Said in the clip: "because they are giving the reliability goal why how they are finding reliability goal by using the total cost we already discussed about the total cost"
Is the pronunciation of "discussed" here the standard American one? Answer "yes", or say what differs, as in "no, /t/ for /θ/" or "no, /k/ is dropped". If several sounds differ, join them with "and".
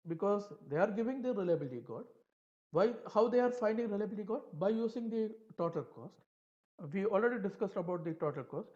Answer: yes